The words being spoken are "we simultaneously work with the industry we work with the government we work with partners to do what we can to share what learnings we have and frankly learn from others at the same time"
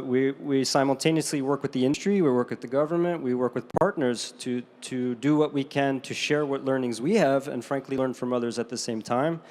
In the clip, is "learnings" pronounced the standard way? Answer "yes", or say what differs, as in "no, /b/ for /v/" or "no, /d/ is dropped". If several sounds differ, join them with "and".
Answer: yes